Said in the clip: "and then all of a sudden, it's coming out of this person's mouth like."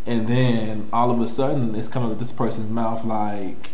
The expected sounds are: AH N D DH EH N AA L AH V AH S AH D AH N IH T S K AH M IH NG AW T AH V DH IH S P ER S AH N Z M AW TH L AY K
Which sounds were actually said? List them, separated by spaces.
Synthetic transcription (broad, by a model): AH N DH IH N AA L AH V AH S AH D N IH T S K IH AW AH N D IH S P ER S AH N Z M AW TH L AY K